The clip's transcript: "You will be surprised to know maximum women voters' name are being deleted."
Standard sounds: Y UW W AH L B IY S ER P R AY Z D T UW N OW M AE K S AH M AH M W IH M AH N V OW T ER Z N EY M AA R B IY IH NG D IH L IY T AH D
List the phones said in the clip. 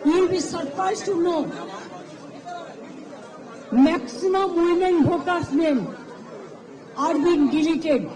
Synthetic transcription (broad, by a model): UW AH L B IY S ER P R AY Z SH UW N OW M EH K S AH M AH M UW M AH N B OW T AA S N EY M AA R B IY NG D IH L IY T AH D